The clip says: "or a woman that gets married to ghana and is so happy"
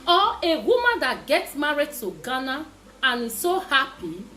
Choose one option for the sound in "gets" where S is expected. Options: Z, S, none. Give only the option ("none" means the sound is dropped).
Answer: S